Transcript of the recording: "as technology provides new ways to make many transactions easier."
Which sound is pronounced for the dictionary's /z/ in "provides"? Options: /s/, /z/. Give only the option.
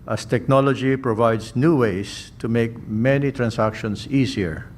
/s/